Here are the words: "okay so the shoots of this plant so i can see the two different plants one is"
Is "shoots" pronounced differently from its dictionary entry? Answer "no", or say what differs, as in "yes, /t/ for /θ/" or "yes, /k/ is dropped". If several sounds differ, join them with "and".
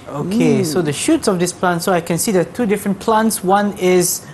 no